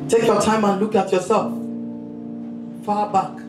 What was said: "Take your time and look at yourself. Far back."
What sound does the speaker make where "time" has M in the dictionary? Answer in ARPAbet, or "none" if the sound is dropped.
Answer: M